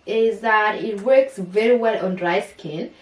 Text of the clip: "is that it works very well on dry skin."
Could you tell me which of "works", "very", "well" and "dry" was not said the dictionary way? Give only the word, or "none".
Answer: none